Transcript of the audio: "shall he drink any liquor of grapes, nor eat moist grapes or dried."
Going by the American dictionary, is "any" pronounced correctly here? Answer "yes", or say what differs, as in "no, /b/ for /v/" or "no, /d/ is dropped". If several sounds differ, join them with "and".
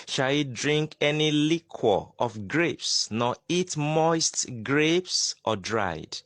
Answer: yes